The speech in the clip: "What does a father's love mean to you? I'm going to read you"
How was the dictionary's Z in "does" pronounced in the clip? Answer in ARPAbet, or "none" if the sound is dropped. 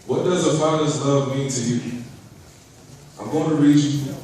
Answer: Z